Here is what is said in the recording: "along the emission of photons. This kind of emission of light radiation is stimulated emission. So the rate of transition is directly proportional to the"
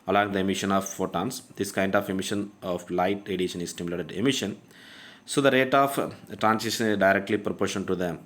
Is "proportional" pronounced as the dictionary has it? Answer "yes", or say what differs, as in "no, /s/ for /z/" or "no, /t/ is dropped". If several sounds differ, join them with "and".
no, /n/ is dropped and /n/ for /l/